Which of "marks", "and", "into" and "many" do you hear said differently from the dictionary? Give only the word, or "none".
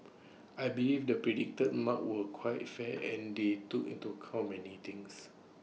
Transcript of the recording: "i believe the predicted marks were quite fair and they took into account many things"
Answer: marks